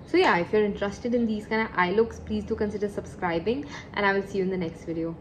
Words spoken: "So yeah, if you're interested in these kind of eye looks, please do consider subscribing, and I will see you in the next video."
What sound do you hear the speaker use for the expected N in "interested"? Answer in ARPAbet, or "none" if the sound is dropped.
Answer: N